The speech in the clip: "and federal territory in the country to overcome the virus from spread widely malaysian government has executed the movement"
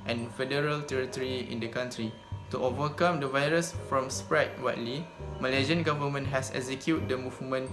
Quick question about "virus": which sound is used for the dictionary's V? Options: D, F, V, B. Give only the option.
V